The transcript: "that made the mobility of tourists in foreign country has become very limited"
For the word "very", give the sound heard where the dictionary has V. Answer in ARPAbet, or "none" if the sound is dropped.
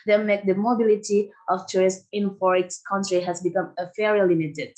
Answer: F